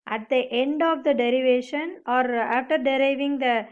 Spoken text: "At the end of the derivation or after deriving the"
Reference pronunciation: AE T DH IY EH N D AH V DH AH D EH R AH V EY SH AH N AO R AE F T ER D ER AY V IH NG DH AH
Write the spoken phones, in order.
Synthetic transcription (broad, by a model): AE T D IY EH N D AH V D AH D EH R AH V EY SH AH N AO R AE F T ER D ER AY V IH NG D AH